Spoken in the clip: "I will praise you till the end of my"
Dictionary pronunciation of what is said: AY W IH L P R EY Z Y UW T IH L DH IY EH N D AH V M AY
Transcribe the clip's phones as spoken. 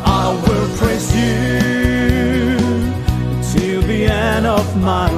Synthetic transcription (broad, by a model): AY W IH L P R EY S Y UW T IH L DH IY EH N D AH V M AY